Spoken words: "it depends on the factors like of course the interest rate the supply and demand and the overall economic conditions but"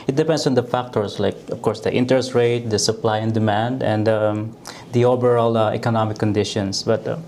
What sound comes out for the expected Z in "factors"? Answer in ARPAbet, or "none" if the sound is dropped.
S